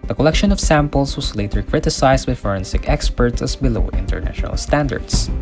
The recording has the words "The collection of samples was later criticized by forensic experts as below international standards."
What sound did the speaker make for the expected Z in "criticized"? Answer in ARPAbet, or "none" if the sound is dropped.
S